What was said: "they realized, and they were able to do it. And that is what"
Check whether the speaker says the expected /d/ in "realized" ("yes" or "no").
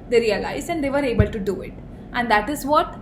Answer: no